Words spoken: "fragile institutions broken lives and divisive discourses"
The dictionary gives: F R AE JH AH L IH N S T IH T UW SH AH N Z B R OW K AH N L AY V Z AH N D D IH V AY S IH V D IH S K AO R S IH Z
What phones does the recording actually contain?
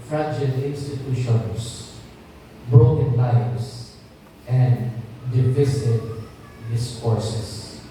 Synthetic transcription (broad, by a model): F R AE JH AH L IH N S T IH T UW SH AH N S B R OW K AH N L AY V S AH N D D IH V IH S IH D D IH S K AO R S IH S